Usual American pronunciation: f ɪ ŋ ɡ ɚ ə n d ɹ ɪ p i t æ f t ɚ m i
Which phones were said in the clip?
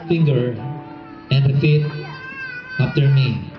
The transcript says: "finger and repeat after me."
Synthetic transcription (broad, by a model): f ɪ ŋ ɡ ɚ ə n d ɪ f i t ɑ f t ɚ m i